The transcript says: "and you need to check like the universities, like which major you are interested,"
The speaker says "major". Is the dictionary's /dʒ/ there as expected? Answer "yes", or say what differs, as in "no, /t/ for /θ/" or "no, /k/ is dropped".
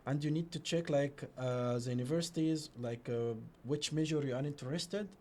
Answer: no, /ʒ/ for /dʒ/